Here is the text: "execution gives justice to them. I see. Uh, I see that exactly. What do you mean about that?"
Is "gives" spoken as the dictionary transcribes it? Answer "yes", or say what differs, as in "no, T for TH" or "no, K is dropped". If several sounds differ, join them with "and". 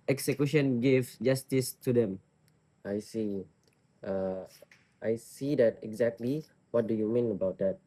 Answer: no, Z is dropped